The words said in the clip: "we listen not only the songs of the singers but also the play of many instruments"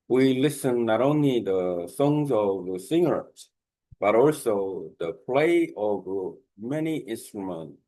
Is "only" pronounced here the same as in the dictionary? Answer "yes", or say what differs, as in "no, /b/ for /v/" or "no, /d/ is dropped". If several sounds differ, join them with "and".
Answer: yes